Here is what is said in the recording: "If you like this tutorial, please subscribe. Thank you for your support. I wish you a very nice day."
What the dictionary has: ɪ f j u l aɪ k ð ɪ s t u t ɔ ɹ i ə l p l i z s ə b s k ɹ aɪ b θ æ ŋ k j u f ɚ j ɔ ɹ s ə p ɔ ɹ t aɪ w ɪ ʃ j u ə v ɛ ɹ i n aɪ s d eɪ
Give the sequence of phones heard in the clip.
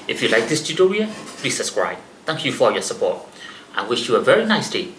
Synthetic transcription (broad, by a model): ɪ f j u l aɪ k ð ɪ s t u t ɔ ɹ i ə p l i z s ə s k ɹ aɪ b θ æ ŋ k j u f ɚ j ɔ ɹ s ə p ɔ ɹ t aɪ w ɪ ʃ j u ə v ɛ ɹ i n aɪ s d eɪ